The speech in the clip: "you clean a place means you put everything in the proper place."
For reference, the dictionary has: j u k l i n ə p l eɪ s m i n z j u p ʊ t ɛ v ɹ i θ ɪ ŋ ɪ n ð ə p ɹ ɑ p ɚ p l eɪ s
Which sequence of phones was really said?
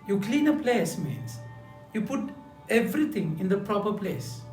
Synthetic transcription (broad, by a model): j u k l i n ə p l eɪ s m i n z j u p ʊ t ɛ v ɹ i t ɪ ŋ ɪ n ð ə p ɹ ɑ p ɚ p l eɪ s